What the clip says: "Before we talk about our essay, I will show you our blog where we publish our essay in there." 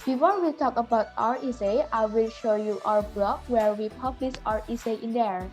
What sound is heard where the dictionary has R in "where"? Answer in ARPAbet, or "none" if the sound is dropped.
R